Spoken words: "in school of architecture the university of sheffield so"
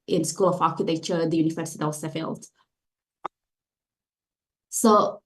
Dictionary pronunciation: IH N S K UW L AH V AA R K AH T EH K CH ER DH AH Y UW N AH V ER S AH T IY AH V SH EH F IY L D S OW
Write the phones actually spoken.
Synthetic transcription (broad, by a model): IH N S K UW L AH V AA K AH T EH CH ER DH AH Y UW N AH V ER S AH T IY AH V S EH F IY L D S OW